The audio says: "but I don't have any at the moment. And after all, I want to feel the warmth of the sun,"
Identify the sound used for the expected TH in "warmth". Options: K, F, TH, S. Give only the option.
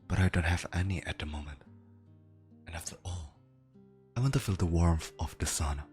F